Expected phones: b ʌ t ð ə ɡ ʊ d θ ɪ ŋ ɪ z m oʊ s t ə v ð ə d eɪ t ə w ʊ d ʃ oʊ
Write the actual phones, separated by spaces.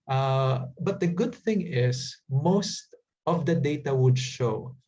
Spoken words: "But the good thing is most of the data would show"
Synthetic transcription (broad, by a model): b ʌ t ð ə ɡ ʊ d θ ɪ ŋ ɪ s m oʊ s t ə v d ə d eɪ t ə w ʊ d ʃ oʊ